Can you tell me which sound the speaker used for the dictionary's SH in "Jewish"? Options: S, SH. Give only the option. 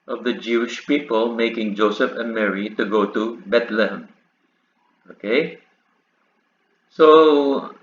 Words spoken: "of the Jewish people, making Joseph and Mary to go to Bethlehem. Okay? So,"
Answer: SH